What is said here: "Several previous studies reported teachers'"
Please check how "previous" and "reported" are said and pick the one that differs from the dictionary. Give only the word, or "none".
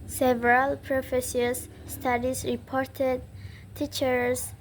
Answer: previous